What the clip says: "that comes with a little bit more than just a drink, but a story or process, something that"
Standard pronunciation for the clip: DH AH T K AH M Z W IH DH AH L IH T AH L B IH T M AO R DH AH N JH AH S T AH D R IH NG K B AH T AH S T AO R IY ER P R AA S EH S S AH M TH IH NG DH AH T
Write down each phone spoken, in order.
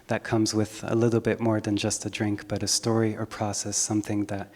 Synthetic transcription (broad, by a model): DH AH T K AH M Z W IH DH AH L IH T L B IH T M AO R DH AH N JH AH S T AH D R IH NG K B AH T AH S T AO R IY ER P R AA S EH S S AH M TH IH NG DH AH T